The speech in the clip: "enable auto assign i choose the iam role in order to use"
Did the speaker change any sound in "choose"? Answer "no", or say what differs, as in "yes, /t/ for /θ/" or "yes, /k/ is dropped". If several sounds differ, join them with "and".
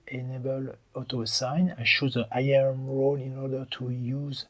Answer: yes, /ʃ/ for /tʃ/